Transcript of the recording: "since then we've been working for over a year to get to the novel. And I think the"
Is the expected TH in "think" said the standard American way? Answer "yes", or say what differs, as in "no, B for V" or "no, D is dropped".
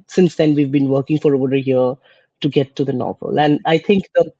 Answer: no, T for TH